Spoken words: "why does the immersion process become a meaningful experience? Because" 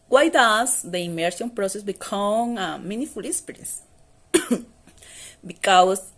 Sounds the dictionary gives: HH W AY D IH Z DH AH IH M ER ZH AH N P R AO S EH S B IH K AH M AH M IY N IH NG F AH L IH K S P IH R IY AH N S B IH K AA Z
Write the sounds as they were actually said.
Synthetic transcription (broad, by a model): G W AY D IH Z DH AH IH M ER SH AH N P R AO S EH S B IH K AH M AH M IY N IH F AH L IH S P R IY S B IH K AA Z